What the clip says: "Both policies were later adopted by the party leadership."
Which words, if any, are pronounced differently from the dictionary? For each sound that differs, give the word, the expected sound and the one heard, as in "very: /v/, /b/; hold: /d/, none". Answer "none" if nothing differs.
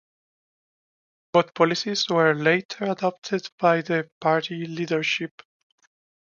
both: /θ/, /t/